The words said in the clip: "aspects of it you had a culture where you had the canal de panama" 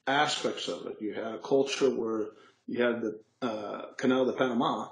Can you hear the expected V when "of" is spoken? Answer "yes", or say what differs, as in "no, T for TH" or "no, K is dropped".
yes